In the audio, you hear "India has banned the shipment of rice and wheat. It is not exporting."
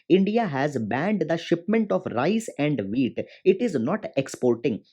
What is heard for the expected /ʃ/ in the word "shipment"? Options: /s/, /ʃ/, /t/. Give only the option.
/ʃ/